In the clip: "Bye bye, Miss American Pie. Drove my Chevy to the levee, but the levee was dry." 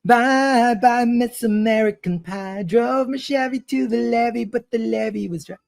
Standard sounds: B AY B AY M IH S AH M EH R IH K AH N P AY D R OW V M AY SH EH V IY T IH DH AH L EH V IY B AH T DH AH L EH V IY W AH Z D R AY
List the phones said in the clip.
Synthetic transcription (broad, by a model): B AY B AY M IH S AH M EH R IH K AH N P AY D R OW V M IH SH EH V IY T IH DH AH L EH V IY B AH T DH AH L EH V IY W AH Z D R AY